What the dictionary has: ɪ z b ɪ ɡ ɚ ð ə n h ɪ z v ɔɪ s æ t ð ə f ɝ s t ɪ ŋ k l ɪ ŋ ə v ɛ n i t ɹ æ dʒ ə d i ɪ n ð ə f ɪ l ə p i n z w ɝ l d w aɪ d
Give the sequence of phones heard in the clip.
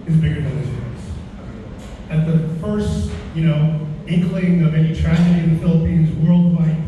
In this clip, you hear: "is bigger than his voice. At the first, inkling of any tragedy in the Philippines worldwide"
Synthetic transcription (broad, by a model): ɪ z b ɪ ɡ ɚ ð ə n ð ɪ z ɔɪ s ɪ t ð ə f ɝ s t ɪ ŋ k l ɪ ŋ ə v ɛ n i t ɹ æ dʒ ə d i ɪ n ð ə f ɪ l ə p i n z w ɝ l d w aɪ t